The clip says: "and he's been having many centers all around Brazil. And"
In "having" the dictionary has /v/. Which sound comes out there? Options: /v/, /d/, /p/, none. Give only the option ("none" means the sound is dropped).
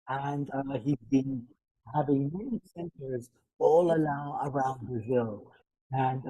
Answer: /v/